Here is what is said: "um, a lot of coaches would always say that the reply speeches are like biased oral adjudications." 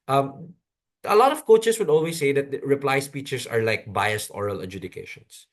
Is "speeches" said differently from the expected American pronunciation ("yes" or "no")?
yes